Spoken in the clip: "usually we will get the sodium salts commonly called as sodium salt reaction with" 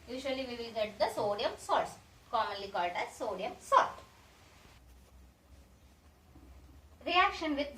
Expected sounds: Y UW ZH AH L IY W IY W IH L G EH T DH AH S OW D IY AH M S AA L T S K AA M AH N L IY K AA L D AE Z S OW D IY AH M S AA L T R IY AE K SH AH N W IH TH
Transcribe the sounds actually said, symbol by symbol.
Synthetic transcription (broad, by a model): Y UW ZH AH L IY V IY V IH L G EH T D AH S OW D IY AH M S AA T S K AA M AH N L IY K AA L D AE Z S OW D IY AH M S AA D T R IY AE K SH AH N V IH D